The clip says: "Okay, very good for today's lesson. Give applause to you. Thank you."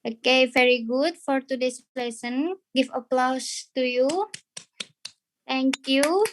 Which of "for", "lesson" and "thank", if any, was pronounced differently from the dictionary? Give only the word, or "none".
thank